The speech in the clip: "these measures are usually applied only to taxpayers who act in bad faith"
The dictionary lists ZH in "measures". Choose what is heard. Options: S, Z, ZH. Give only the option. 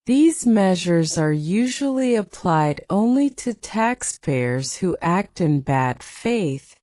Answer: ZH